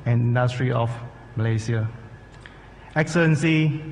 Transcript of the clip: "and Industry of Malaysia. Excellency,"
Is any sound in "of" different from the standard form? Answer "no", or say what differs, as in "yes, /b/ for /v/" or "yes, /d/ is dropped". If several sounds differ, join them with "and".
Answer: yes, /f/ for /v/